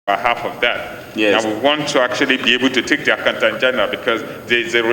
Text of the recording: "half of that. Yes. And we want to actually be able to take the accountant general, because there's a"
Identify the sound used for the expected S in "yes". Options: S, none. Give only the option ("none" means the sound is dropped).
none